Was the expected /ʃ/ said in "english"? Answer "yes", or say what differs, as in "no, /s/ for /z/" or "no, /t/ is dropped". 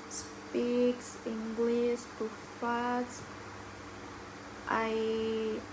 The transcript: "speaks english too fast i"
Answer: no, /s/ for /ʃ/